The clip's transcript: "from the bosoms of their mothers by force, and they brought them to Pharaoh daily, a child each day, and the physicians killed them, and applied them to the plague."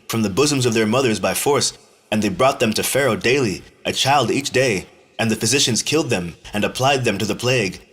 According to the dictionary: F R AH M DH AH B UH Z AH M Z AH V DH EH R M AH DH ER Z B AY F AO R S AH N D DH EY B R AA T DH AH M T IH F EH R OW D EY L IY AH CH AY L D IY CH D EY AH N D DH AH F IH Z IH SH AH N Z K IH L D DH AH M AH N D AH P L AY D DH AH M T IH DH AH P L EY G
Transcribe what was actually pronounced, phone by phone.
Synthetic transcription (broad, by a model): F R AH M DH AH B UH Z AH M Z AH V DH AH R M AH DH ER Z B AY F AO R S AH N DH EY B R AA T DH AH M T IH F EH R OW D EY L IY AH CH AY L D IY CH D EY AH N DH AH F IH Z IH SH AH N Z K IH L D DH AH M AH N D AH P L AY D DH AH M T IH DH AH P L EY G